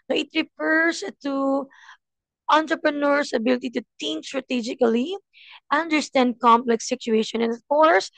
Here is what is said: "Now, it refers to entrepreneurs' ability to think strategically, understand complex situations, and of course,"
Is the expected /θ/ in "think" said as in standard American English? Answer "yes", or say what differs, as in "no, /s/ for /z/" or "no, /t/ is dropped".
no, /t/ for /θ/